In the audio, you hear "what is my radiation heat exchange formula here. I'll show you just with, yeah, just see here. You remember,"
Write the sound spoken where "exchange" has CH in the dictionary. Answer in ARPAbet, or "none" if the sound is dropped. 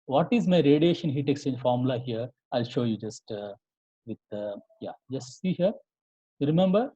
none